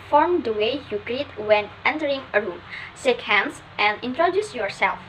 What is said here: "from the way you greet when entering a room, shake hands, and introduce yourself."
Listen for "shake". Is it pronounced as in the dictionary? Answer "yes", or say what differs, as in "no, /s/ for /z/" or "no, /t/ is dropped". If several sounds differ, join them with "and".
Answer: no, /s/ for /ʃ/